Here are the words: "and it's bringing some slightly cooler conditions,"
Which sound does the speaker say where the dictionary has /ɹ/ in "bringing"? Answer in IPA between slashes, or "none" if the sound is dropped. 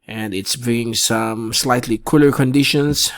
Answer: none